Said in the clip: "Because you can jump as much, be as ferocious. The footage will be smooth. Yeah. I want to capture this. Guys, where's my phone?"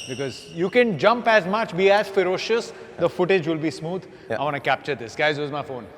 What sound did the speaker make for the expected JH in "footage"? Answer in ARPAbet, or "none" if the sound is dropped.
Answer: JH